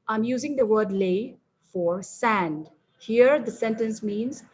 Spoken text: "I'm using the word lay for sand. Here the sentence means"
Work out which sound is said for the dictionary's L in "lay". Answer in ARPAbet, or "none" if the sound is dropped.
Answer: L